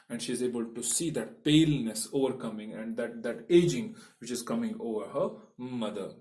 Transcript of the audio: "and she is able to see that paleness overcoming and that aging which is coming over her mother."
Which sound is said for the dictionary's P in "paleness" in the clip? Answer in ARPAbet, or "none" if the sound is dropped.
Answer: P